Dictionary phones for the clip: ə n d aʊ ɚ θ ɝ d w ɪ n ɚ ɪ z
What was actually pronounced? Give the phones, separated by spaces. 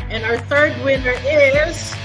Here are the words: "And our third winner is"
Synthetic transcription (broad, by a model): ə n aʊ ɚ θ ɝ d w ɪ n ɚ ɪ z